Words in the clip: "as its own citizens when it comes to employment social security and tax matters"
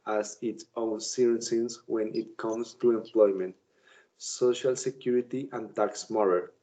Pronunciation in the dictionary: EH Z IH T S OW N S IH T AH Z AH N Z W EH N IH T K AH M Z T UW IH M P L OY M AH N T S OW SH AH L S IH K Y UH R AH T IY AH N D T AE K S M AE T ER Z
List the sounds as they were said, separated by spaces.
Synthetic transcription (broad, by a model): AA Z IH T S OW N S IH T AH S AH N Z W EH N IH T K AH M S T UW IH M P L OY M AH N T S OW SH AH L S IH K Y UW R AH T IY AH N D T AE K S M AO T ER